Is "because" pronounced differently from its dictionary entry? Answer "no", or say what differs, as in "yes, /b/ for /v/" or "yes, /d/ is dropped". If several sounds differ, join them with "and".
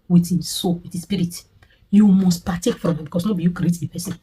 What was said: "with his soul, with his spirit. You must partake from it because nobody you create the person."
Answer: yes, /s/ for /z/